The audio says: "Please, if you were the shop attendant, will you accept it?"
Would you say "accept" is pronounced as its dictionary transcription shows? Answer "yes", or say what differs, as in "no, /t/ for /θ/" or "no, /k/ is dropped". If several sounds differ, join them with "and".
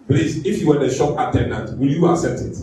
no, /k/ is dropped